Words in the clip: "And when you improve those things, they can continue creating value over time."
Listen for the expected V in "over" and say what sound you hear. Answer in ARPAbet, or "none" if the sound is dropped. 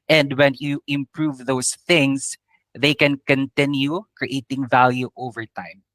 V